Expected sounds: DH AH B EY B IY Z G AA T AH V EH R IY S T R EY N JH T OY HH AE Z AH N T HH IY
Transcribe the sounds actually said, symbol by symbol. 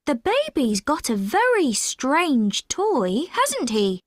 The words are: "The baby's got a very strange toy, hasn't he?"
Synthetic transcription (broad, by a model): DH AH B EY B IY Z G AA T AH V EH R IY S T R EY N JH T OY HH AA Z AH N T HH IY